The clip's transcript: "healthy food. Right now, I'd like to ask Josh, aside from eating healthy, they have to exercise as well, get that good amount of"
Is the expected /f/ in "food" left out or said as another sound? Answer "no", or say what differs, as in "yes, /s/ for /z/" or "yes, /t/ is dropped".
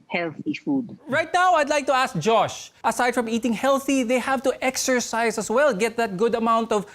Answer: no